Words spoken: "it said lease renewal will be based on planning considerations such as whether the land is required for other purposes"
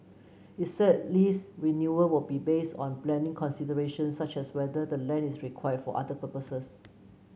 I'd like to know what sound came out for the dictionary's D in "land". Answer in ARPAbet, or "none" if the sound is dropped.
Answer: none